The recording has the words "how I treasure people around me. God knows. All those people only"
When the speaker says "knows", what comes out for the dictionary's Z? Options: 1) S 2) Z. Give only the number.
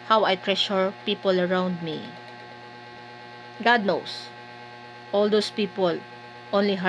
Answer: 1